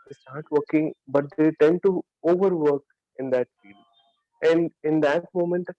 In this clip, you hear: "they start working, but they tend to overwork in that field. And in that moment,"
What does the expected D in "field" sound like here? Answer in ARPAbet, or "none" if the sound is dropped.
none